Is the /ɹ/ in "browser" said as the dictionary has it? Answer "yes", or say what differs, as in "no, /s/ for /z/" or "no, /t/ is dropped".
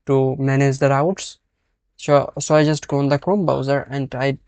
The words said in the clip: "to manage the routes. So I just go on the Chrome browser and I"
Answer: no, /ɹ/ is dropped